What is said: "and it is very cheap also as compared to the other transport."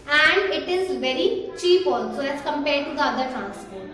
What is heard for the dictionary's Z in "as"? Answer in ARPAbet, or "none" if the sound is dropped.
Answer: S